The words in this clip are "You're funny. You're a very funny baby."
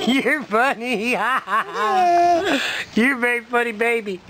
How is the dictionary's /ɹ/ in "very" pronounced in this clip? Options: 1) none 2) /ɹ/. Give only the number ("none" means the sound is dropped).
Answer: 1